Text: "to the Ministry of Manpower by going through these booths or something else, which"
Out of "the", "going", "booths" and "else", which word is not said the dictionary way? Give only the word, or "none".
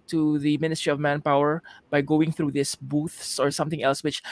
none